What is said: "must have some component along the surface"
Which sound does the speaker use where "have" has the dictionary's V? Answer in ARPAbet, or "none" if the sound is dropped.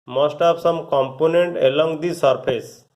P